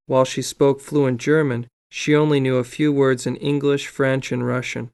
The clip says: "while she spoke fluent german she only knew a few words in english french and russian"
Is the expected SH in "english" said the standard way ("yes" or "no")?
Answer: yes